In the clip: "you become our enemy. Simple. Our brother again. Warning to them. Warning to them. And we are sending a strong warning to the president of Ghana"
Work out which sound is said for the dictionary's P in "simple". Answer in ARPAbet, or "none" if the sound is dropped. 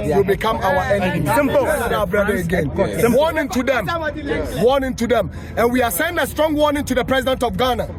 none